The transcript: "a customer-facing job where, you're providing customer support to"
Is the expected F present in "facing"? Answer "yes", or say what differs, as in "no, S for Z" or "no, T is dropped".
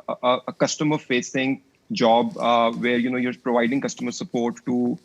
yes